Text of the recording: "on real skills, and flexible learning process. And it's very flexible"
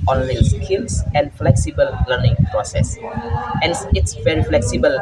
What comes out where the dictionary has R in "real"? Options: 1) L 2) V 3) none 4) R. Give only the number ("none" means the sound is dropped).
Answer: 1